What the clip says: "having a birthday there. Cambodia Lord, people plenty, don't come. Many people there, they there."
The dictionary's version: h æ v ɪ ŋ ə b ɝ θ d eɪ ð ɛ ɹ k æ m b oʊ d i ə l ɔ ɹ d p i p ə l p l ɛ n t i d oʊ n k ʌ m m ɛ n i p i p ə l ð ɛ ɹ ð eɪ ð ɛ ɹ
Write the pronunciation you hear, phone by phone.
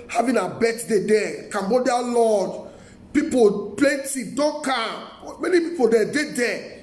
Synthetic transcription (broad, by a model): h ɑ v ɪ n ə b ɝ t d eɪ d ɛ k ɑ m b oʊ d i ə l ɔ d p i p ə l p l ɛ n t i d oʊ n k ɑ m m ɛ n i p i p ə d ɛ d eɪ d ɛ